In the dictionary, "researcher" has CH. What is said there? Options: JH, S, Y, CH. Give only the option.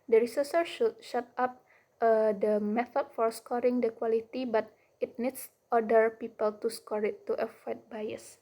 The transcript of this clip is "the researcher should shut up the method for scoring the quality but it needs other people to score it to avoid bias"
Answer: S